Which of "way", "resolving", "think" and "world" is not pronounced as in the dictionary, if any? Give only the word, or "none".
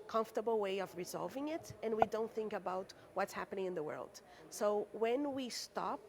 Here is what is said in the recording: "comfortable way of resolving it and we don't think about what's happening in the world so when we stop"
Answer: none